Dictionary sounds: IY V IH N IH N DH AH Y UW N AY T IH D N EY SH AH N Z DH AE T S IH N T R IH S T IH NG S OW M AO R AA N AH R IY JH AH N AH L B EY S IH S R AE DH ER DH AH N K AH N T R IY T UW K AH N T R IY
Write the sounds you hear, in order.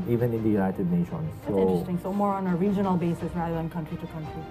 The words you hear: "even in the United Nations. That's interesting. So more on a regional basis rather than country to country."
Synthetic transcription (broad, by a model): IY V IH N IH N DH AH Y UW L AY T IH D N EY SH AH N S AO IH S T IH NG S OW M AO R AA N AH R IY JH AH N AH L B EY S IH S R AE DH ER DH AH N K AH N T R IY T UW K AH N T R IY